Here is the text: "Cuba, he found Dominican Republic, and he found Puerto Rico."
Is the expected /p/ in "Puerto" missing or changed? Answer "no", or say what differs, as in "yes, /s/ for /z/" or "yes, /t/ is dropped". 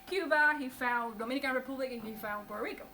yes, /b/ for /p/